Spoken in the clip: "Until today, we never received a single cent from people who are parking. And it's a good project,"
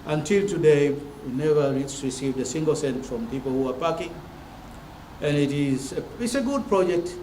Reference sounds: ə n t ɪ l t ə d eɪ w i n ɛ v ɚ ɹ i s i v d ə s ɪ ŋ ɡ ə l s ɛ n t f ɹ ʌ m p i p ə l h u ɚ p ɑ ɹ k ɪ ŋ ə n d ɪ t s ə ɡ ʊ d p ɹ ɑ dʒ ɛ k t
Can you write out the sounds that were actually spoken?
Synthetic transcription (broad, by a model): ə n t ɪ l t ə d eɪ w i n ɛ v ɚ ɹ i s i v d ə s ɪ ŋ ɡ ə l s ɛ n t f ɹ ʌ m p i p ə l h u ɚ p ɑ k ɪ ŋ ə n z ɪ t s ə ɡ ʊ d p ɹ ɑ dʒ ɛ k t